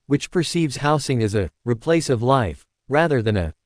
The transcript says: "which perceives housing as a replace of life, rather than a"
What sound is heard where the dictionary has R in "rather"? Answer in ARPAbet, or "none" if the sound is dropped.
R